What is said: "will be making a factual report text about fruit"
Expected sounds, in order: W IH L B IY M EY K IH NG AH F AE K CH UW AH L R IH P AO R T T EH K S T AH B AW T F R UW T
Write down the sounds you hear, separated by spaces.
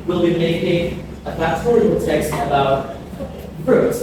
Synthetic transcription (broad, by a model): W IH L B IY M EY K IH NG AH P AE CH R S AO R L T EH K S T AH B AW T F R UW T